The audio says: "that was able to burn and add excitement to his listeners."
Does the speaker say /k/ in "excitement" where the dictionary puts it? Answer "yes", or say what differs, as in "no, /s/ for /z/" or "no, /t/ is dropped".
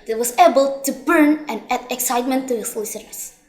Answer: yes